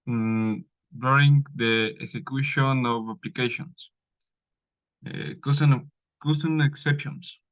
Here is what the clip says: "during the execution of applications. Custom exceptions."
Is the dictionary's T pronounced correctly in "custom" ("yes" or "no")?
no